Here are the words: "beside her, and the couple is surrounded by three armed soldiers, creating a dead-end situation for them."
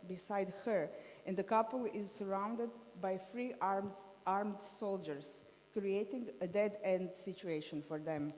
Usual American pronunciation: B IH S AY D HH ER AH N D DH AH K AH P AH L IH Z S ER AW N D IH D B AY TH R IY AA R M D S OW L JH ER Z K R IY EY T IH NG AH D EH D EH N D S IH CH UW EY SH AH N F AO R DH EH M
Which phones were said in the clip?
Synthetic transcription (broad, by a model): B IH S AY D HH ER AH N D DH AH K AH P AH L IH Z S ER AW N D IH D B AY F R IY AA R M D S OW L JH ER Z K R IY EY T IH NG AH D EH D EH N D S IH CH UW EY SH AH N F AO R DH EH M